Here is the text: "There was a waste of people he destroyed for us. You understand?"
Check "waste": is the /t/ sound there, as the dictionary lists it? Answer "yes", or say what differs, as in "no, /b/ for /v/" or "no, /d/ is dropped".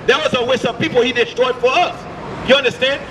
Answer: no, /t/ is dropped